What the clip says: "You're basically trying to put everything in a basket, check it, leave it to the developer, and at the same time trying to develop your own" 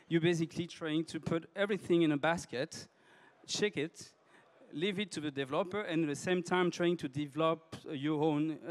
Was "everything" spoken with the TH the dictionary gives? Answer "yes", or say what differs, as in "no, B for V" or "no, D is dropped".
yes